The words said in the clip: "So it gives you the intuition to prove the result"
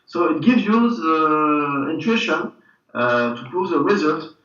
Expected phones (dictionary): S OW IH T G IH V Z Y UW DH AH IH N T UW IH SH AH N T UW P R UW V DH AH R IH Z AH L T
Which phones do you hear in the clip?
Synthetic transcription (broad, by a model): S OW IH T G IH V Z Y UW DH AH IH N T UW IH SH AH N T UW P UW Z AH R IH Z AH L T